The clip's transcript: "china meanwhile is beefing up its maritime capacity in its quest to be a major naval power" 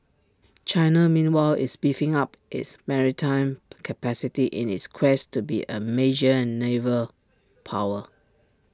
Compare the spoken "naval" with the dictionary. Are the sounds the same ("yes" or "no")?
yes